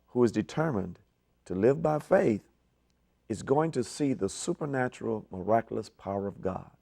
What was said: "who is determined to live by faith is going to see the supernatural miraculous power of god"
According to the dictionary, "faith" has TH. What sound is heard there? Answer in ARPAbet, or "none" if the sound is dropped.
TH